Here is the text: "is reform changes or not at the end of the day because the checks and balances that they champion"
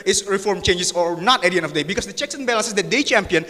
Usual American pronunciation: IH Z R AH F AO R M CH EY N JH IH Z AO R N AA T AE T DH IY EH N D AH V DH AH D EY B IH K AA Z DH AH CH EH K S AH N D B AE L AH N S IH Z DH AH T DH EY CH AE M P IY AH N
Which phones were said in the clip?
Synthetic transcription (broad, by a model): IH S R AH F AO R M CH EY N JH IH S AO R N AA T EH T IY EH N AH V D EY B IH K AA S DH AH CH EH K S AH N B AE L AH N S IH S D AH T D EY CH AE M P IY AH N